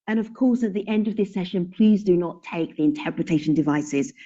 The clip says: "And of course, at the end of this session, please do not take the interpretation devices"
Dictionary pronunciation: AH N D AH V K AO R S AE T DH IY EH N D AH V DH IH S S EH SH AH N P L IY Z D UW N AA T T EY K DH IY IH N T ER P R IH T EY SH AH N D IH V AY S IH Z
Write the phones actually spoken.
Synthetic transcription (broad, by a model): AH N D AH V K AO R S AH T DH IY EH N D AH V DH IH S S EH SH AH N P L IY Z D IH N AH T T EY K DH IY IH N T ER P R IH T EY SH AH N D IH V AY S IH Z